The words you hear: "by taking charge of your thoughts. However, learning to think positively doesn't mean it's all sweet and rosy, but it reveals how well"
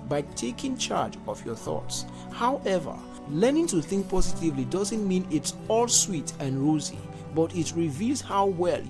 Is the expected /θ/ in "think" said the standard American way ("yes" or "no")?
yes